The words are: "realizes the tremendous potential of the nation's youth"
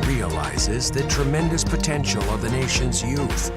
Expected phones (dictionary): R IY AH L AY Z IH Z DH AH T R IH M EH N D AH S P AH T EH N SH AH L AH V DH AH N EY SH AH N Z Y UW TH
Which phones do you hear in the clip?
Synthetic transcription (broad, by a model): R IY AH L AY Z IH Z DH AH T R IH M EH N D AH S P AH T EH N SH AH L AH V DH AH N EY SH AH N Z Y UW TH